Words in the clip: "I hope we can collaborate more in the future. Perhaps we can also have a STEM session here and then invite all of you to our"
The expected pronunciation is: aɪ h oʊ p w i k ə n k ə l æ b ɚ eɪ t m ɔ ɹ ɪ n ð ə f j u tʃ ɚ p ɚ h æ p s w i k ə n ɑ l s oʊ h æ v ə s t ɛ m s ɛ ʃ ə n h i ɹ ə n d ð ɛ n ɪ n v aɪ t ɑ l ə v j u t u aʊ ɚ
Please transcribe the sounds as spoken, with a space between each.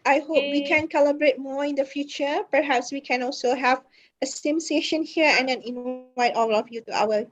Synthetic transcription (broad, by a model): aɪ h oʊ p w i k ə n k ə l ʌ b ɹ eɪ t m ɔ ɪ n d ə f j u tʃ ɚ p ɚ h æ p s w i k ə n ɑ l s oʊ h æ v ə s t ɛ m s ɛ ʃ ə n h i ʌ ə n d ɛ n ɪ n aɪ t ɑ l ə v j u t u aʊ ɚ